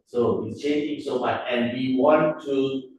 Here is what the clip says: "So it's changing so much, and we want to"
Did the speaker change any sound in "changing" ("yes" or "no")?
yes